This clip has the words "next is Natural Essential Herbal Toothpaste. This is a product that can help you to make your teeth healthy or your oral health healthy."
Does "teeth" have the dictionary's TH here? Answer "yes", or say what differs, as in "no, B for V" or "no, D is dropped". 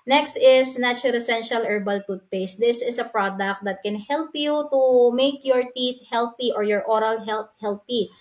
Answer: no, T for TH